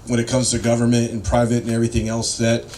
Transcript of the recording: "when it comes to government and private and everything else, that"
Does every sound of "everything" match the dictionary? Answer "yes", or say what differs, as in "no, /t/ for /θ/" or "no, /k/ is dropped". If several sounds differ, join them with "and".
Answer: yes